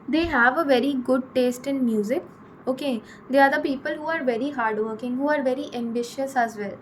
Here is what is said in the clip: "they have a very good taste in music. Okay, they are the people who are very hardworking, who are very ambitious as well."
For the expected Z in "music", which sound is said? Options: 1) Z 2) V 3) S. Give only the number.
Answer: 1